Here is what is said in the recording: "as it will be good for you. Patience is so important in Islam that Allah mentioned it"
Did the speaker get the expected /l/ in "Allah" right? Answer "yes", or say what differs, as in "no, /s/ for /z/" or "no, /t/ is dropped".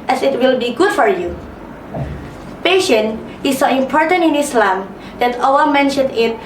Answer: no, /w/ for /l/